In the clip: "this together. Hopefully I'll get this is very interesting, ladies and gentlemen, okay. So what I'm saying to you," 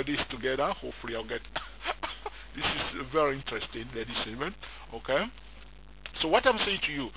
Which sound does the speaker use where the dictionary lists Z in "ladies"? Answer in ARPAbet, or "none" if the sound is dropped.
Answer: S